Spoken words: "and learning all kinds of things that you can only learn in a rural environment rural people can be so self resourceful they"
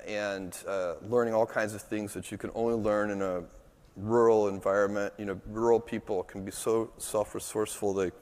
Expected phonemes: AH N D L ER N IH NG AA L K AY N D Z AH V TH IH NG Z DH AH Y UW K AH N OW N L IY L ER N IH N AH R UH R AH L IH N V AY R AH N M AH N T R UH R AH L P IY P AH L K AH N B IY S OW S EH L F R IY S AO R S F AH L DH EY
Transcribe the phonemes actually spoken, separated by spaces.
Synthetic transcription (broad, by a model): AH N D L ER N IH NG AA L K AY N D Z AH V TH IH NG Z DH AH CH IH K AH N OW N L IY L ER N IH N AH R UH R L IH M V AY R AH N M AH N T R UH R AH L P IY P L K N B IY S OW S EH L F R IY S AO R S F L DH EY